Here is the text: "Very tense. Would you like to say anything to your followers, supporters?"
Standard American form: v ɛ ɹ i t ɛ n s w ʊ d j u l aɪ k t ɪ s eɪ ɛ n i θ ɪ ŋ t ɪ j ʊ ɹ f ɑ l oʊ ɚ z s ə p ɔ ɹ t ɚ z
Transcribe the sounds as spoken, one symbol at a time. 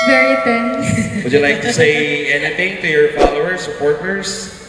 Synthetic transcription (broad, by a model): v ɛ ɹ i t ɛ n w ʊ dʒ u l aɪ k t ɪ s eɪ ɛ n i θ ɪ ŋ t ɪ j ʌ ɹ f ɑ l oʊ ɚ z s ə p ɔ ɹ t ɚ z